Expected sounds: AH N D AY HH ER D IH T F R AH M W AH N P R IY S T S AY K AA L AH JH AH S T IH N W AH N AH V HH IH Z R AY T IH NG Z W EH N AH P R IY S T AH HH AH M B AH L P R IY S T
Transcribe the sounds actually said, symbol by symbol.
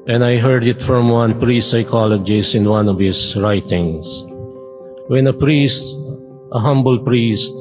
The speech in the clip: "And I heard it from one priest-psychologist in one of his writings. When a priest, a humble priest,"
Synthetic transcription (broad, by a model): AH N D AY HH ER D IH T F R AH M W AH N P R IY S S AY K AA L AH JH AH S IH N W AH N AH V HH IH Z R AY T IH NG S W EH N AH P R IY S T AH HH AH M B AH L P R IY S T